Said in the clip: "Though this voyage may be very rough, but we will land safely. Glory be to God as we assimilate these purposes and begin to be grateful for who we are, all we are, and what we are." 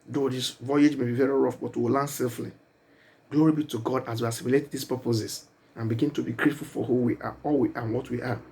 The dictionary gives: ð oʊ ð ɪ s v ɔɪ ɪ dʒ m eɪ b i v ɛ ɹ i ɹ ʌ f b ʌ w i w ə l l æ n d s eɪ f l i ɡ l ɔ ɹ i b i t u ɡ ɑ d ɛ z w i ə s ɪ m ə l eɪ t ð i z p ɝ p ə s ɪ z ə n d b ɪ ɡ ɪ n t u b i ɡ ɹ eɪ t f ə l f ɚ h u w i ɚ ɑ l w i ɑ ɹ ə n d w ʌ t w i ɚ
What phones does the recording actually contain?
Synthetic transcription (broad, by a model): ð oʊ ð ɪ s v ɔɪ ɪ dʒ m eɪ b i v ɛ ɹ i ɹ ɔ f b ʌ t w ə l l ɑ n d s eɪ f l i ɡ l ɔ ɹ i b i t u ɡ ɑ d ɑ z w i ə s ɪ m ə l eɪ t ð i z p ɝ p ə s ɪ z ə n b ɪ ɡ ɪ n t u b i ɡ ɹ eɪ t f ə l f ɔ h u w i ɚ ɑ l w i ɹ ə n w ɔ t w i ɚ